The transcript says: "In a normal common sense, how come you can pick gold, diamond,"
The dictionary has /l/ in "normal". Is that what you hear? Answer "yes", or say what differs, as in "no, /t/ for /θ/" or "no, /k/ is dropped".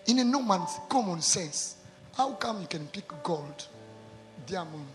no, /n/ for /l/